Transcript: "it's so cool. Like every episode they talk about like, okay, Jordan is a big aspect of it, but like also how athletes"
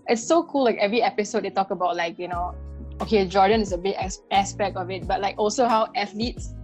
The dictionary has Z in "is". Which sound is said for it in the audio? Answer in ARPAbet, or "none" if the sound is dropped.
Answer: S